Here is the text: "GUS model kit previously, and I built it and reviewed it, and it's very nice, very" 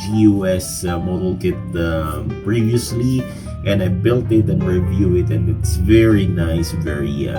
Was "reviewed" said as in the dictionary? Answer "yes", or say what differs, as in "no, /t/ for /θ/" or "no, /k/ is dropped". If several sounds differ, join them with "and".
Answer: no, /d/ is dropped